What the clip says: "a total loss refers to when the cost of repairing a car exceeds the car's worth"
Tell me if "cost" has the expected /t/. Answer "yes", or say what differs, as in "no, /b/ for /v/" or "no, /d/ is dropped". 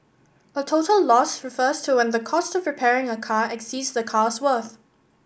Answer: yes